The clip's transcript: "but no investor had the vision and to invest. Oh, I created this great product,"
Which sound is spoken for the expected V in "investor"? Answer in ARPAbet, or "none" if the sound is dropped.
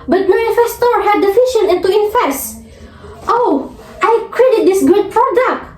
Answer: F